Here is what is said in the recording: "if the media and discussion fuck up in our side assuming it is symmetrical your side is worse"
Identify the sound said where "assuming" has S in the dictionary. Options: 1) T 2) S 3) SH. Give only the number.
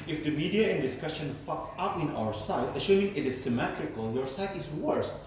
3